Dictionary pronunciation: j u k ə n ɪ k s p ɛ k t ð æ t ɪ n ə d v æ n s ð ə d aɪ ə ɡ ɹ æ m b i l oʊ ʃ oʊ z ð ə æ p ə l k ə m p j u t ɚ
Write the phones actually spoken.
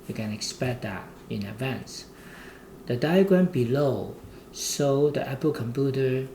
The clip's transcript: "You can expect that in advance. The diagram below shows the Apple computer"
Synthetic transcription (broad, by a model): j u k ə n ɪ k s p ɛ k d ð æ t ɪ n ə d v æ n s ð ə d aɪ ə ɡ ɹ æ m b i l oʊ s oʊ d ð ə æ p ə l k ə m p j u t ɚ